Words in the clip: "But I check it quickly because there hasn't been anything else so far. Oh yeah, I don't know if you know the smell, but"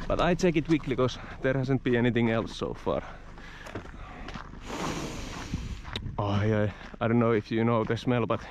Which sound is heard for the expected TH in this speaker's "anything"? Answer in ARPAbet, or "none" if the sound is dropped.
TH